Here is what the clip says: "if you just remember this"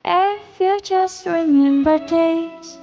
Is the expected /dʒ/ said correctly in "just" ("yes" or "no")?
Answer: no